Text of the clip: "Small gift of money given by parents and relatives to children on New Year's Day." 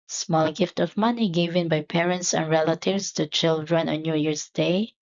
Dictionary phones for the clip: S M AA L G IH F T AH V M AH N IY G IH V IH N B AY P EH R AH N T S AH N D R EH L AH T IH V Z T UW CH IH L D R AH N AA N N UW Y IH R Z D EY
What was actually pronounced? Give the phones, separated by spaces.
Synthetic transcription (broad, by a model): S M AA L G IH F T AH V M AH N IY G IH V IH N B AY P EH R AH N T S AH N R EH L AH T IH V S T UW CH IH L D R AH N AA N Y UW Y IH R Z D EY